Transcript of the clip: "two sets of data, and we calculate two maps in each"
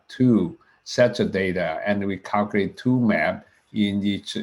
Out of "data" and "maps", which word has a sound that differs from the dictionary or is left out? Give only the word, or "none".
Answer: maps